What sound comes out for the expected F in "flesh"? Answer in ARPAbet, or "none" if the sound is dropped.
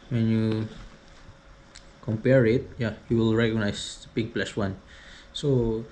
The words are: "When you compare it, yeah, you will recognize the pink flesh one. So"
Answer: P